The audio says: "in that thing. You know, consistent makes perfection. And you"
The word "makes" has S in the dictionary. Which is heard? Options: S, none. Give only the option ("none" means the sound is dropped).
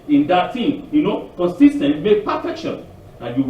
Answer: none